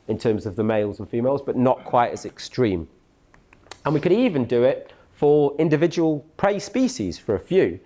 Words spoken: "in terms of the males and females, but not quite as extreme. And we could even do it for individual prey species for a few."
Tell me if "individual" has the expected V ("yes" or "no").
yes